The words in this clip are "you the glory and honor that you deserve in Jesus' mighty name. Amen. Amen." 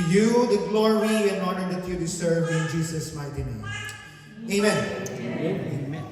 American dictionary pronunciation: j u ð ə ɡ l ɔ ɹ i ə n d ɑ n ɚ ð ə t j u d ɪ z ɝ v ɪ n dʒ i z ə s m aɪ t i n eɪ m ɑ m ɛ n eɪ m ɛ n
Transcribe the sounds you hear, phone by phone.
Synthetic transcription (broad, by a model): j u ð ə ɡ l ɔ ɹ i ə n ɑ n ɚ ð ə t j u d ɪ s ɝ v ɪ n dʒ i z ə s m aɪ t i n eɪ ɑ m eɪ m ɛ n